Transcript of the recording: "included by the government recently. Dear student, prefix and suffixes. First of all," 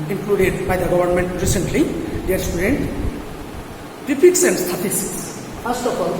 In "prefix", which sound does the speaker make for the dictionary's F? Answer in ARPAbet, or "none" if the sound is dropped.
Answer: P